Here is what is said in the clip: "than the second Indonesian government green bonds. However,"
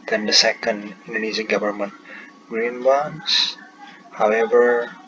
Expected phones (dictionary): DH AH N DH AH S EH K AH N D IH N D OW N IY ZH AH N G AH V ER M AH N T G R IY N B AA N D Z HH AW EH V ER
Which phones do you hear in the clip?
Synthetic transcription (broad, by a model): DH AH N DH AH S EH K AH N D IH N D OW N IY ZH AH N G AH V ER M AH N T G R IY N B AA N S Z HH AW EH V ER